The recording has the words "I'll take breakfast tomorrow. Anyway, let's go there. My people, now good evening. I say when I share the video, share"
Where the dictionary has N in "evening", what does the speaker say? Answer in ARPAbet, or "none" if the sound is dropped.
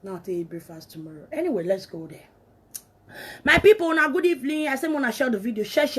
L